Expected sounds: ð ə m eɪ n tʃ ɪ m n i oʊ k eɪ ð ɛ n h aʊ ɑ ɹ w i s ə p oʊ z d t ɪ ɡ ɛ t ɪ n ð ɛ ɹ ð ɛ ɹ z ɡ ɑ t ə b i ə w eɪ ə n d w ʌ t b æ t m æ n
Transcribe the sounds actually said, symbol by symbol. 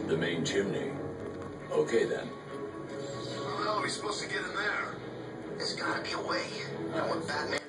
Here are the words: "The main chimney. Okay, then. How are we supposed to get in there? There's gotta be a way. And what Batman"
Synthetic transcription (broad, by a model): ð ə m eɪ n tʃ ɪ m n i oʊ k eɪ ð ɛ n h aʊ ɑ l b i s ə p oʊ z t ɪ ɡ ɛ t ɪ n ð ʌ ɹ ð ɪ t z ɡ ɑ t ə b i ə w eɪ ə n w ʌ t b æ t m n